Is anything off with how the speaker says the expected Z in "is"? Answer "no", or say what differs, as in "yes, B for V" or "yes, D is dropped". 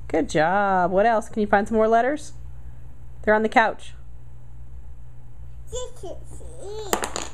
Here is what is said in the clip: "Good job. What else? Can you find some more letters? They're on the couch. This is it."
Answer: yes, S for Z